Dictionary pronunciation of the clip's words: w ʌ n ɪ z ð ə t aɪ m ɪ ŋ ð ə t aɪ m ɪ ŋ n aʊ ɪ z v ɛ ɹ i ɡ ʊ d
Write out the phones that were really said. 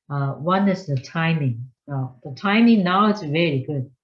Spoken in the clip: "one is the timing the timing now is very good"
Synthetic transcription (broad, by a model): w ʌ n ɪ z ð ə t aɪ m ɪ ŋ ð ə t aɪ m ɪ ŋ n aʊ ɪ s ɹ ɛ l i ɡ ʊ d